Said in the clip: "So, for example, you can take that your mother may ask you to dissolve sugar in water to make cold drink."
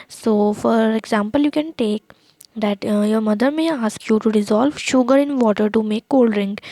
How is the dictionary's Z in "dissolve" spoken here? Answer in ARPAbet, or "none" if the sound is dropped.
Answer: Z